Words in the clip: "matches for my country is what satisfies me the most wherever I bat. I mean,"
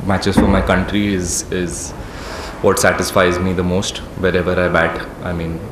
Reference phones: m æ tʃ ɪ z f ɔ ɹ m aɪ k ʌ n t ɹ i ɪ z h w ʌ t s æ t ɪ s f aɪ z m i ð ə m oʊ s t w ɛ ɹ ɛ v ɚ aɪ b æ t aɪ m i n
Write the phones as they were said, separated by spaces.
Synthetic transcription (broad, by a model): m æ tʃ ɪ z f ɔ ɹ m aɪ k ʌ n t ɹ i ɪ z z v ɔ t s æ t ɪ s f aɪ z m i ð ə m oʊ s t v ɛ ɹ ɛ v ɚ aɪ b æ t aɪ m i n